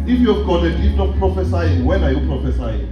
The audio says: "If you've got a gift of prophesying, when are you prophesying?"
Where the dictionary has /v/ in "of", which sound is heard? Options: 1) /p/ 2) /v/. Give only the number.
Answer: 1